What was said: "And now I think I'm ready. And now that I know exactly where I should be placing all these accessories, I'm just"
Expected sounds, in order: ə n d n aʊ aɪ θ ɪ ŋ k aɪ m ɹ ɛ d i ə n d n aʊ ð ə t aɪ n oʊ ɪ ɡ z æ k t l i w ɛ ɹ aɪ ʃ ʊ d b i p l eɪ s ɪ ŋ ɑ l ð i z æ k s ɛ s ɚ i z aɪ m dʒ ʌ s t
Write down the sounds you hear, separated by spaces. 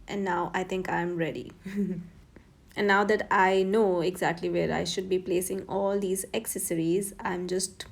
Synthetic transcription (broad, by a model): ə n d n aʊ aɪ t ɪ ŋ k aɪ m ɹ ɛ d i ə n d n aʊ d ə t aɪ n oʊ ɪ ɡ z æ k t l i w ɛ ɹ aɪ ʃ ʊ d b i p l eɪ s ɪ ŋ ɑ l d i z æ k s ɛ s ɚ i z aɪ m dʒ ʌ s t